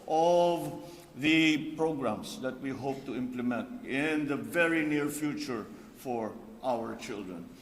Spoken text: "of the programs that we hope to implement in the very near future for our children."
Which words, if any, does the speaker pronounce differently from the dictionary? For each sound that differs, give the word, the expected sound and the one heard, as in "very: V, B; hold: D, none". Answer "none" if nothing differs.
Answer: programs: Z, S